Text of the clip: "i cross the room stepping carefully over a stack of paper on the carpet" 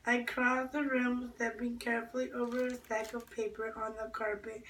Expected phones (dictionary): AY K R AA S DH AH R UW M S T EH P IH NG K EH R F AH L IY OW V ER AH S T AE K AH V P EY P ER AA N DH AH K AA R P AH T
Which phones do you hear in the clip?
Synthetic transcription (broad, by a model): AY K R AA S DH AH R UW M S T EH B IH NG K EH R F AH L IY OW V ER AH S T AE K AH V P EY P ER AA N DH AH K AA R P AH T